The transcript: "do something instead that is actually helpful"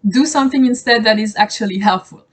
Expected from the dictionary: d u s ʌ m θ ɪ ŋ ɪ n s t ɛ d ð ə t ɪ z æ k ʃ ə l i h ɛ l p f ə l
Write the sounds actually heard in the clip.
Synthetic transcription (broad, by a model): d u s ʌ m θ ɪ ŋ ɪ n s t ɛ d ð ə t ɪ z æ k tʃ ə l i h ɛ l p f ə l